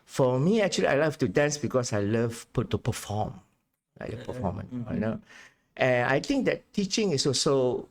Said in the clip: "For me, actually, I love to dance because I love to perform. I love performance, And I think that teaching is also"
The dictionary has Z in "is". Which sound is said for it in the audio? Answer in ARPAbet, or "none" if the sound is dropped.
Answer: S